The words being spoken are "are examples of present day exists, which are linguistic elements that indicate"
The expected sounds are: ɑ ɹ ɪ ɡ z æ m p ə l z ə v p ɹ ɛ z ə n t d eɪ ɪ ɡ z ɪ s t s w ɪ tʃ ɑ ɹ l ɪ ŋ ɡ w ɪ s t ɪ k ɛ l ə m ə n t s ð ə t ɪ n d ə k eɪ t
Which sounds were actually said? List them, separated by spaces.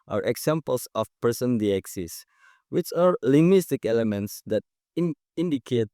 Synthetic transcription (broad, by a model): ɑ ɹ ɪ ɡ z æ m p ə l s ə f p ɛ s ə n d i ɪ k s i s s w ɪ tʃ ɑ ɹ l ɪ ŋ ɡ w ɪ s t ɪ k ɛ l ə m ə n t s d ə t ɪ n d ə k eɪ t